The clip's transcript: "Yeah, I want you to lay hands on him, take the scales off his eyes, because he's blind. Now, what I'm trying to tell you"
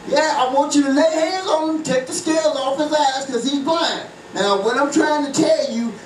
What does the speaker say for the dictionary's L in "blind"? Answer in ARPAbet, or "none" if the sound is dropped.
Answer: none